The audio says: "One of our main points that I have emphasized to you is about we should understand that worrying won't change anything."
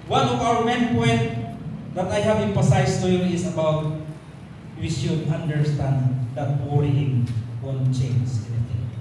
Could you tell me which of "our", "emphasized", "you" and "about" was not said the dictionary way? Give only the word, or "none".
emphasized